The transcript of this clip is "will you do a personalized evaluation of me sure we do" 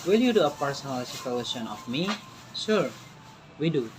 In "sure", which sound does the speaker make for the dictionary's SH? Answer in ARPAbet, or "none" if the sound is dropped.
S